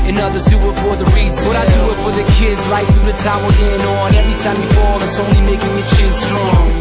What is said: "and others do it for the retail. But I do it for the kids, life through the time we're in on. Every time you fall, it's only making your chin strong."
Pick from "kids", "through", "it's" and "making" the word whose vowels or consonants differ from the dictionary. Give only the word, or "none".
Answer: none